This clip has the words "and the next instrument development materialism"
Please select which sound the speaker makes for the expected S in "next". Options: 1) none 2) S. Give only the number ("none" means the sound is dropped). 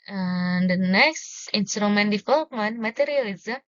2